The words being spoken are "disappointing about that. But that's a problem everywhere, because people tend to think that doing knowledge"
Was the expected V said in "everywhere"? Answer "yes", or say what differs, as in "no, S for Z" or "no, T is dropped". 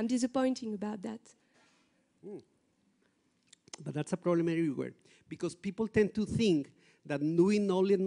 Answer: no, V is dropped